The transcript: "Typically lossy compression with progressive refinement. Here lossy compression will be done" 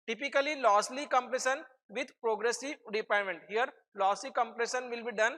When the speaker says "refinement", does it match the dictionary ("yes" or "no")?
no